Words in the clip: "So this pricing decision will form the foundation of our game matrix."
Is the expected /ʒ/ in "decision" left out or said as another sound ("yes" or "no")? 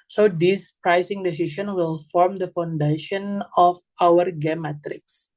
yes